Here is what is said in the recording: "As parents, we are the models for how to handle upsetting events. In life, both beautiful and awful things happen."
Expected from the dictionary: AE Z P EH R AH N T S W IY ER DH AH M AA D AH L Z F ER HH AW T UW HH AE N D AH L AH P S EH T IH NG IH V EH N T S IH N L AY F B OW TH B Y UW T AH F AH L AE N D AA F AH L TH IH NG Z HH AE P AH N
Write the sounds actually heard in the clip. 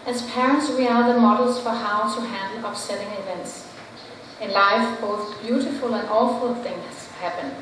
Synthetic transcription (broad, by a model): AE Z P EH R AH N T S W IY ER DH AH M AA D L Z F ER HH AW T UW HH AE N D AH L AH P S EH T IH NG IH V EH N T S IH N L AY F B OW TH B Y UW T AH F AH L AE N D AA F AH L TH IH NG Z HH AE P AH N